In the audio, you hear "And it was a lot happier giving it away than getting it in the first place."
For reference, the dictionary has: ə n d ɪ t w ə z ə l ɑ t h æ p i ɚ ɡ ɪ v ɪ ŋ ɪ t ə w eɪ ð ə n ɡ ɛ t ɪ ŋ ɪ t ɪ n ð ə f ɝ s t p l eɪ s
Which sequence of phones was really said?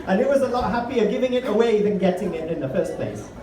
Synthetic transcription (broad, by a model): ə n ɪ t w ə z ə l ɑ t h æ p i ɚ ɡ ɪ v ɪ ŋ ɪ t ə w eɪ ð ə n ɡ ɛ t ɪ ŋ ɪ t ɪ n ð ə f ɝ s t p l eɪ s